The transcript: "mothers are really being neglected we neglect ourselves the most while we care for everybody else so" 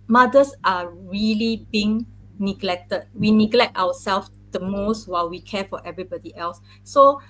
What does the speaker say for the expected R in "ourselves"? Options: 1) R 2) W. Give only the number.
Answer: 2